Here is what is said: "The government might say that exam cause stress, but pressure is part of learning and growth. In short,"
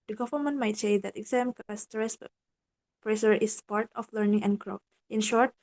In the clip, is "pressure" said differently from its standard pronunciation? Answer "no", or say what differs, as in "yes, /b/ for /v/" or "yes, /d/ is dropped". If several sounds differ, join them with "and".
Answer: yes, /s/ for /ʃ/